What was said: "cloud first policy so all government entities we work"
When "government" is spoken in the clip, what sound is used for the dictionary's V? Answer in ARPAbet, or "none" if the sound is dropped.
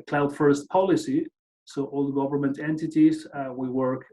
V